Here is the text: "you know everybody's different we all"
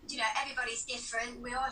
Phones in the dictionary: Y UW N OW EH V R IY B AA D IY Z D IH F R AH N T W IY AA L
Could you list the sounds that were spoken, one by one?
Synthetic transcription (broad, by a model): Y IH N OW EH V R IY B AA D IY Z D IH F R AH N T W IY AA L